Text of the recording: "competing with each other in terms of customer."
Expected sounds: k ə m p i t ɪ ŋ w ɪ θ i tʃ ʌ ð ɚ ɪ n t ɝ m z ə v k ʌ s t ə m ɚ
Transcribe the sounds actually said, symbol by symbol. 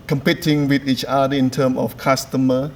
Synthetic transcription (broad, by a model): k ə m p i t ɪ ŋ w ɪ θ i tʃ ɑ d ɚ ɪ n t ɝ m ə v k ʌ s t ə m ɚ